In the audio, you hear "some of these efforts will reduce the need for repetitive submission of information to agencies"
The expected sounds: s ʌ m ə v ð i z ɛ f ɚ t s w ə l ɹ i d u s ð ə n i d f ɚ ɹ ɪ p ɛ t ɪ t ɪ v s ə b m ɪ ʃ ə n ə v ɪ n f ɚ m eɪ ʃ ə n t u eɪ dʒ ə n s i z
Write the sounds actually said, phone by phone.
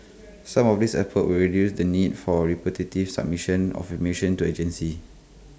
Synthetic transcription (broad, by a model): s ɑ m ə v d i s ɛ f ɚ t w ə l ɹ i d u s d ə n i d f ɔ ɹ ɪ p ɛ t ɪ t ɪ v s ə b m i ʃ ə n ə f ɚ m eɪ ʃ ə n t u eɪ dʒ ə n s i